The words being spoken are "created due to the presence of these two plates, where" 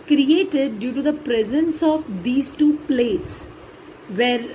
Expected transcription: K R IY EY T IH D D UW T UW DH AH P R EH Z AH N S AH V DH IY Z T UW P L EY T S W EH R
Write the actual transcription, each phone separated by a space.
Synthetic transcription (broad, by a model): K R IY EY T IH D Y UW T UW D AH P R EH Z AH N S AH V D IY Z T UW P L EY T S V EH R